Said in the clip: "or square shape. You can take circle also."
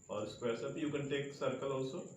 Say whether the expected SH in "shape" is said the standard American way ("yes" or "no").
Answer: no